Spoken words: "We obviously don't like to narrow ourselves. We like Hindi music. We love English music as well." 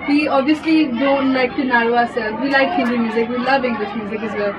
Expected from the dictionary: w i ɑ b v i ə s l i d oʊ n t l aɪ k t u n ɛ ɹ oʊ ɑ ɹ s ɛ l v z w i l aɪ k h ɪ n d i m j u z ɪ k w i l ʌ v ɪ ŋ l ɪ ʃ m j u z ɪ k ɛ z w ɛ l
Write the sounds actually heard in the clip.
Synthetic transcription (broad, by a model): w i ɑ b i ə s l i d oʊ n t l aɪ k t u n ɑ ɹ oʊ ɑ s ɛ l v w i l aɪ k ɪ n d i m j u z ɪ k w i l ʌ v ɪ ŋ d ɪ s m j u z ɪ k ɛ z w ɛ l